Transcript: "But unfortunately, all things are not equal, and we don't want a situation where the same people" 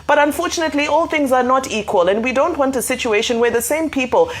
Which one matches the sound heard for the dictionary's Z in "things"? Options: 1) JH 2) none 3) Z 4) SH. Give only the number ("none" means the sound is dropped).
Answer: 3